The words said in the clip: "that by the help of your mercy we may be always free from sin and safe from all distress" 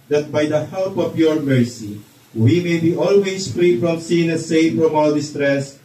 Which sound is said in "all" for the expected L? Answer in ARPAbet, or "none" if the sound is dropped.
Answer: W